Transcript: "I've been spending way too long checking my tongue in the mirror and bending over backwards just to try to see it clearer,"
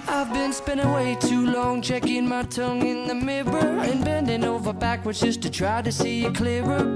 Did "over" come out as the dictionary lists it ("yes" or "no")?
yes